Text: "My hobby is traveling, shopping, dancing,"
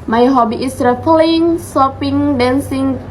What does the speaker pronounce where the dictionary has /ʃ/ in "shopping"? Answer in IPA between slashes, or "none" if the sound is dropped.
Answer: /s/